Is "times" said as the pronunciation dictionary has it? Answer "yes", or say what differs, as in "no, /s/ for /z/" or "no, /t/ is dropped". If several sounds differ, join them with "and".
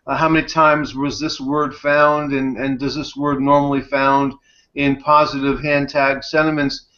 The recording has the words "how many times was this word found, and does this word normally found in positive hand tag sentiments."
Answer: yes